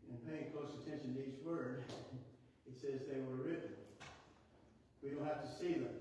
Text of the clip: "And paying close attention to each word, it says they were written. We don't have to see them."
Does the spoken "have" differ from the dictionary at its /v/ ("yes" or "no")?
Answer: yes